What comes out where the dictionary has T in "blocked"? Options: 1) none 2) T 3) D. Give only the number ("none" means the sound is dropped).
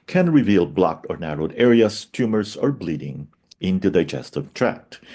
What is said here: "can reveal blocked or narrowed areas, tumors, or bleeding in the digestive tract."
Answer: 2